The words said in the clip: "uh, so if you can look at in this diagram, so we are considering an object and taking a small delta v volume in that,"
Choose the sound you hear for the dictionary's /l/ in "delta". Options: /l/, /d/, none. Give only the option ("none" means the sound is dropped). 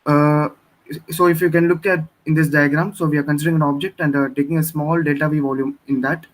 none